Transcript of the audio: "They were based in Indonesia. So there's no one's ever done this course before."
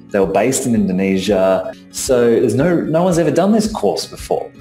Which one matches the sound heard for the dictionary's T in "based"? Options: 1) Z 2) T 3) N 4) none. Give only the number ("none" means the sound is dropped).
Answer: 2